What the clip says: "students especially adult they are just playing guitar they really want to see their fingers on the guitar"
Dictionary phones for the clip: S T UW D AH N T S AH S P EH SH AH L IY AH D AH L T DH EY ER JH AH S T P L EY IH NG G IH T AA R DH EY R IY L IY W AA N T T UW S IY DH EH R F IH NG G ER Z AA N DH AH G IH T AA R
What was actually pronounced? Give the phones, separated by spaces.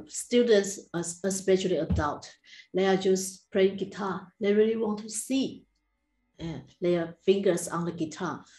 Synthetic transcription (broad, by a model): S T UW D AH N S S AH S P EH SH AH L IY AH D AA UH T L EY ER JH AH S P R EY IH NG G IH T AA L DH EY R IY L IY W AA N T T UW S IY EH L F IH NG G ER S AA N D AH G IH T AA